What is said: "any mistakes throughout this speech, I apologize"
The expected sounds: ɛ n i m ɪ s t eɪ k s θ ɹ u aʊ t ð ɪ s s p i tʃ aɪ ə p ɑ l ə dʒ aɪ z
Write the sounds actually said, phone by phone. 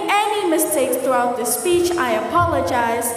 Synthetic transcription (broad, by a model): ɛ n i m ɪ s t eɪ k s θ ɹ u aʊ t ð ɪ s s p i tʃ aɪ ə p ɑ l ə dʒ aɪ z